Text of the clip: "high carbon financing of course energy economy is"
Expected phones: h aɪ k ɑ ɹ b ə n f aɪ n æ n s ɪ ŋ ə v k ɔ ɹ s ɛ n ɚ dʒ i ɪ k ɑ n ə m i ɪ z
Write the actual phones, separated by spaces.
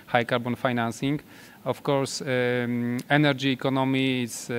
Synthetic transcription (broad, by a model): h aɪ k ɑ ɹ b ə n f aɪ n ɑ n s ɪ ŋ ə f k ɔ ɹ s ɛ n ɚ dʒ i k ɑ n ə m i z